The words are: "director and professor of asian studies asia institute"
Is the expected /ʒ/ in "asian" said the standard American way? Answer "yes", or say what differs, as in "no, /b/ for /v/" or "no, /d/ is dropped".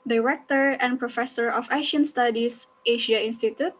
no, /ʃ/ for /ʒ/